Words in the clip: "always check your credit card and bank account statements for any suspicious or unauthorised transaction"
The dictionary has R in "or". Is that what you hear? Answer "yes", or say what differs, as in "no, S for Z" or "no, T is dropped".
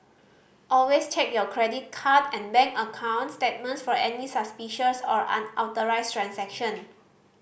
yes